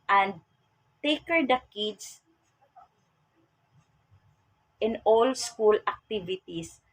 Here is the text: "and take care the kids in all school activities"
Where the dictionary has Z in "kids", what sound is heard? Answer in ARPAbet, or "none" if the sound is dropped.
S